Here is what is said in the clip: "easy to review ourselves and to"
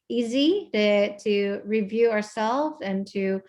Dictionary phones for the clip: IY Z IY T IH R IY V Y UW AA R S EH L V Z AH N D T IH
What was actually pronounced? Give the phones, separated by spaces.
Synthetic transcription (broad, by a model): IY Z IY T IH R IY V Y UW AA R S EH L V Z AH N T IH